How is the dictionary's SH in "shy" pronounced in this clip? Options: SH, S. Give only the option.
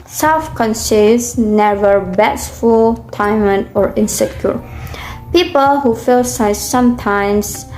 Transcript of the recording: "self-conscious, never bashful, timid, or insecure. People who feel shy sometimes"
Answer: S